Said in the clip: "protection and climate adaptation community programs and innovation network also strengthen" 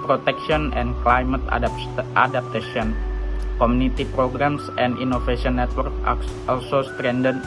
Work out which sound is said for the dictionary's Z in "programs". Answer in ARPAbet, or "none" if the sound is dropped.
S